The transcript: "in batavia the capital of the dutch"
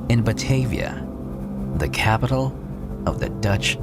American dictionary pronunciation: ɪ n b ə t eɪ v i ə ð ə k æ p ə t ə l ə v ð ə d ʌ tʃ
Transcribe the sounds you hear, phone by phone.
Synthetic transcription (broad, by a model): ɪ n b ə t eɪ v i ə ð ə k æ p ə t l ə v ð ə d ʌ tʃ